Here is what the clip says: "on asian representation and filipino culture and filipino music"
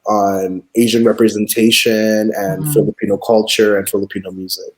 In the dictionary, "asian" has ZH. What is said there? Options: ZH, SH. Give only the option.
ZH